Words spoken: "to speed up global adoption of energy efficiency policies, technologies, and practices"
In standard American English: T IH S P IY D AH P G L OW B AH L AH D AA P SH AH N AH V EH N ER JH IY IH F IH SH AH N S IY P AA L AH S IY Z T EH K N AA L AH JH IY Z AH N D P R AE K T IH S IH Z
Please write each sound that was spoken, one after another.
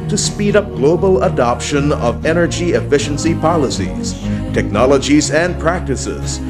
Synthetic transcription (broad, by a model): T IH S P IY D AH P G L OW B AH L AH D AA P SH AH N AH V EH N ER JH IY IH F IH SH AH N S IY P AA L AH S IY Z T EH K N AA L AH JH IY Z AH N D P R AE K T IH S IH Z